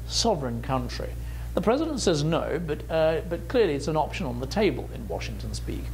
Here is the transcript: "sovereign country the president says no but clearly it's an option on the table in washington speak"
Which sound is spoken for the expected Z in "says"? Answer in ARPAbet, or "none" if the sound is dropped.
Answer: Z